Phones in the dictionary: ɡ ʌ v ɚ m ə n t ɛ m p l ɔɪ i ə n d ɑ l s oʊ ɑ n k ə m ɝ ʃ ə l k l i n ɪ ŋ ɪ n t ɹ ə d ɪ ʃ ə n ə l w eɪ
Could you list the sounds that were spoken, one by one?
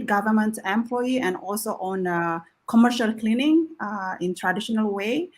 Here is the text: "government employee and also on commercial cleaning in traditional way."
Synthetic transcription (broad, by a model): ɡ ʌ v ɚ m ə n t ɛ m p l ɔɪ i ə n d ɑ l s oʊ ɑ n k ə m ɝ ʃ ə l k l i n ɪ ŋ ɪ n t ɹ ə d ɪ ʃ ə n ə l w eɪ